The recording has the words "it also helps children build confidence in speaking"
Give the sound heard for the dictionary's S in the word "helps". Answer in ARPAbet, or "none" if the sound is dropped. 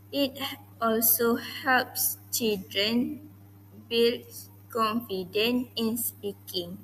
S